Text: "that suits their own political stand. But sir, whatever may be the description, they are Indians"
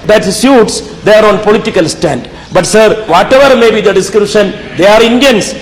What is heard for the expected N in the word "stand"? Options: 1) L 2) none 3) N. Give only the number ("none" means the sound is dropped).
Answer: 3